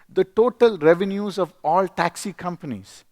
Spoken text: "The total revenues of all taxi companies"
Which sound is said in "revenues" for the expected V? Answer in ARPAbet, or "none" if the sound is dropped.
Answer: V